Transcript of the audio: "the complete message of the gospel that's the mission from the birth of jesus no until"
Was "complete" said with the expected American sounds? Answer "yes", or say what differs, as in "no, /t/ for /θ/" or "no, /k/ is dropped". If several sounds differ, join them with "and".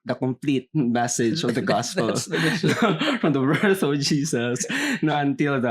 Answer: yes